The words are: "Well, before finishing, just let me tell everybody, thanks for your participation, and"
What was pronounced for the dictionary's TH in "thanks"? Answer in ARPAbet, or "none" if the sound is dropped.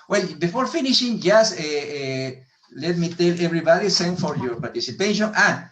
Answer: S